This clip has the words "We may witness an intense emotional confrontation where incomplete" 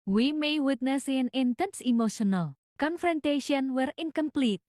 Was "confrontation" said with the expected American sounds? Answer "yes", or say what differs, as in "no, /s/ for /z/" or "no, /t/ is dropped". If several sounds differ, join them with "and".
yes